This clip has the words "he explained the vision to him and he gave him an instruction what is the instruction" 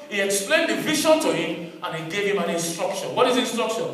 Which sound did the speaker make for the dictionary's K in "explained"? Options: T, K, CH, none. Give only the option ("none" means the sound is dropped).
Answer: K